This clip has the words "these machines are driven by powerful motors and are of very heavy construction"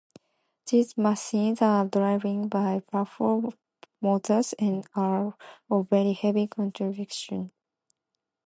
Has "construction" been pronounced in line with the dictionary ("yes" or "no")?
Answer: no